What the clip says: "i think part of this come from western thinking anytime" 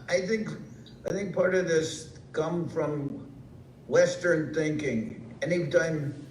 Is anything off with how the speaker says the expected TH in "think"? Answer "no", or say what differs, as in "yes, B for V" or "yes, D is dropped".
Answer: no